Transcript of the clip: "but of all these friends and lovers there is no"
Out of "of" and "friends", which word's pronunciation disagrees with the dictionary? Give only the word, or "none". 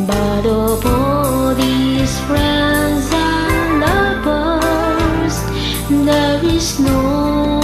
of